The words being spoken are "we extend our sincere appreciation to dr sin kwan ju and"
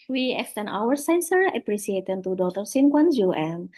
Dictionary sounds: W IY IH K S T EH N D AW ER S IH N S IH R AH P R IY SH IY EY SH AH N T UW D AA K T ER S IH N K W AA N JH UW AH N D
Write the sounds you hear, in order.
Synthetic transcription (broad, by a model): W IY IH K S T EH N AW ER S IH N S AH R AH P R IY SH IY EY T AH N T UW D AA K T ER S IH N K W AA N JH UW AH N